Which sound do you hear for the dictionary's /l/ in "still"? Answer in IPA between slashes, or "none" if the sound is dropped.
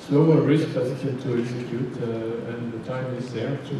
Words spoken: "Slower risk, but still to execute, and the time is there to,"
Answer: /n/